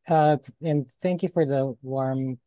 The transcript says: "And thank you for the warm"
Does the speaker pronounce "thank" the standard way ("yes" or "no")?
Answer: yes